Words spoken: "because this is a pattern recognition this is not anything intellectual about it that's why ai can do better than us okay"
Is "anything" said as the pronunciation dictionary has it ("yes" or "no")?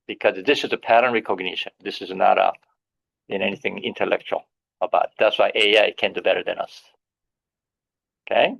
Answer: yes